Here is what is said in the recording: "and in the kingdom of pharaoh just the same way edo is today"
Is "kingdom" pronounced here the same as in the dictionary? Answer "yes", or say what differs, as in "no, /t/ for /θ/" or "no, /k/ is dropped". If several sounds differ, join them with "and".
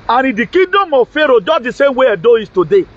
no, /ŋ/ is dropped